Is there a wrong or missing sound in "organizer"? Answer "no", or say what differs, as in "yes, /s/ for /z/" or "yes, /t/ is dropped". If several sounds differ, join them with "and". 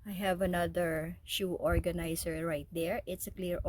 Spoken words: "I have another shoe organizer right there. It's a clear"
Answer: yes, /s/ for /z/